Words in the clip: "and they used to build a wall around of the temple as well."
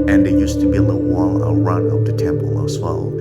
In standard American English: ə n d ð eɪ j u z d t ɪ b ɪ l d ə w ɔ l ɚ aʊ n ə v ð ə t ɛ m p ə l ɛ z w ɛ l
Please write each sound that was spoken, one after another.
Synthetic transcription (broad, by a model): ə n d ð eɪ j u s t ɪ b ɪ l ə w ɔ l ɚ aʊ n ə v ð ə t ɛ m p ə l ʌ s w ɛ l